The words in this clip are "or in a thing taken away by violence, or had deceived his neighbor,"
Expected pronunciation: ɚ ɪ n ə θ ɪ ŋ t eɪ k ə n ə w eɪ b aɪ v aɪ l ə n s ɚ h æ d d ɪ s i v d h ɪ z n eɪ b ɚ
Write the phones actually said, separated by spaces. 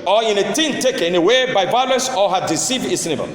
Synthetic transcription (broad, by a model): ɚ ɪ n ə t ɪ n t eɪ k ə n ə w eɪ b aɪ v aɪ l ə n s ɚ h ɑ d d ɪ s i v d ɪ s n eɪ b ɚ